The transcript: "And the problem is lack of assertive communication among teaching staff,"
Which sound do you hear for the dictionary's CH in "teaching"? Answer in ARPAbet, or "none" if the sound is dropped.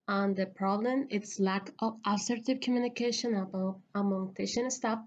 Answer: SH